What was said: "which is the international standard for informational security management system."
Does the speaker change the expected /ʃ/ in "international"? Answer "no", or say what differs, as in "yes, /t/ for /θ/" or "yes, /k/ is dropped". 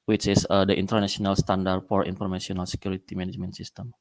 yes, /s/ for /ʃ/